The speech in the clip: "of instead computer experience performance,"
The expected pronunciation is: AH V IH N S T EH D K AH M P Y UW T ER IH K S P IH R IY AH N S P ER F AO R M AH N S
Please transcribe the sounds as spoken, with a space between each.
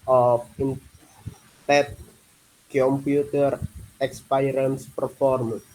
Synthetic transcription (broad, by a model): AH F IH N T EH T K AH M P Y UW T ER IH K S P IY R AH N S P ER F AO R M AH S